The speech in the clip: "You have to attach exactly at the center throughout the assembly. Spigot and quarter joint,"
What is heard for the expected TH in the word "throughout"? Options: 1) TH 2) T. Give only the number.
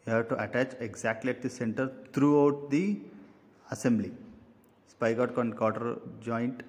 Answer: 2